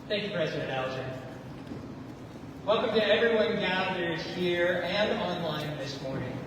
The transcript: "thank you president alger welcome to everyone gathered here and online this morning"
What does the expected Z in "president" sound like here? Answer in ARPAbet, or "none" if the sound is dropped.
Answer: Z